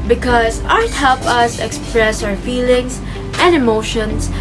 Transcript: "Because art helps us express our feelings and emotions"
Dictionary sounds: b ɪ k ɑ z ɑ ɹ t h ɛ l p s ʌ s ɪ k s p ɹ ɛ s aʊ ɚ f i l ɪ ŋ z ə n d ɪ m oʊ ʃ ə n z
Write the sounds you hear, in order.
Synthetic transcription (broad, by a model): b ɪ k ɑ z ɑ ɹ t h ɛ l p ʌ s ɪ k s p ɹ ɛ s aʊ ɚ f i l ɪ ŋ s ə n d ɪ m oʊ ʃ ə n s